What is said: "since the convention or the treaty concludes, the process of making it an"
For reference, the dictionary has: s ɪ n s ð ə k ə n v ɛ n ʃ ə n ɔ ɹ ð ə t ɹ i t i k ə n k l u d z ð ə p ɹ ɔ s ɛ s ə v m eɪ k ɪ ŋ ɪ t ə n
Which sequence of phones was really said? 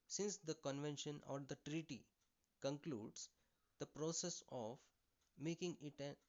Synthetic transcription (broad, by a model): s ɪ n s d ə k ə n v ɛ n ʃ ə n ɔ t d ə t ɹ i t i k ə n k l u d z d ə p ɹ ɔ s ɛ s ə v m eɪ k ɪ ŋ ɪ t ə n